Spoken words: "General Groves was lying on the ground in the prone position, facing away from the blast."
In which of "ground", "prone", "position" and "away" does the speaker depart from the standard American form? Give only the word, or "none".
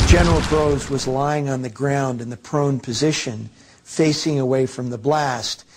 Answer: none